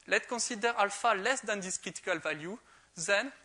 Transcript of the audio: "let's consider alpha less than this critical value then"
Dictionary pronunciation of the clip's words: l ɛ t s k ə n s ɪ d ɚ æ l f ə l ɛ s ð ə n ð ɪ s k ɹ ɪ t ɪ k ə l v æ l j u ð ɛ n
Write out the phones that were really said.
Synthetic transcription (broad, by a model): l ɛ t k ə s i d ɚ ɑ l f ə l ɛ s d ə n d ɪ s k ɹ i t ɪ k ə l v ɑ l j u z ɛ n